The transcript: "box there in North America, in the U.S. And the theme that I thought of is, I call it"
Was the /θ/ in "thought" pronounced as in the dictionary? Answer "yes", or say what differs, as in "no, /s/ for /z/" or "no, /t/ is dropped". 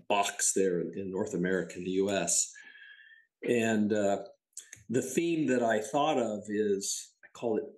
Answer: yes